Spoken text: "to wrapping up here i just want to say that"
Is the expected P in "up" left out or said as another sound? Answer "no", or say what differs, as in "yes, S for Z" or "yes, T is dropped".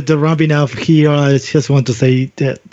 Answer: yes, F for P